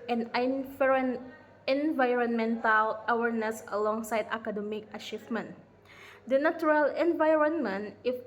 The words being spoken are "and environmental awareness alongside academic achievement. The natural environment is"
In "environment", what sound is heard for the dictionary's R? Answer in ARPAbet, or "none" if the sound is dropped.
R